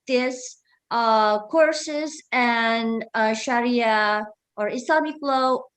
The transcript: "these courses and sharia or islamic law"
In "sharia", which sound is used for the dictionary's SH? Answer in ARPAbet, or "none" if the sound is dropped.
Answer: SH